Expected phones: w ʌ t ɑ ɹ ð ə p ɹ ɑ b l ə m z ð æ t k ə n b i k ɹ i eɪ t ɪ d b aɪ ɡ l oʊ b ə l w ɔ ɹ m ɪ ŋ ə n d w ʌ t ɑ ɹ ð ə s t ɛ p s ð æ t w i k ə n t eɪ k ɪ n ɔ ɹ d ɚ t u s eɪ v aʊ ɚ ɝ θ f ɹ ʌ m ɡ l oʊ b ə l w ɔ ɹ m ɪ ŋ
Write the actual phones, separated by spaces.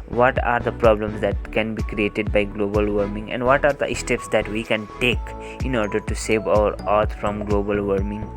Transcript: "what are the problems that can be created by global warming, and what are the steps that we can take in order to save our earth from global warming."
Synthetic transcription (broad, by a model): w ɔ t ɑ ɹ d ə p ɹ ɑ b l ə m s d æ t k ə n b i k ɹ i eɪ t ɪ d b aɪ ɡ l oʊ b ə l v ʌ ɹ m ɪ ŋ ə n d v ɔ t ɑ ɹ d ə s t ɛ p s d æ t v i k ə n t eɪ k ɪ n ɔ ɹ d ɚ t u s eɪ v aʊ ɚ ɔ t f ɹ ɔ m ɡ l oʊ b ə l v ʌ ɹ m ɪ ŋ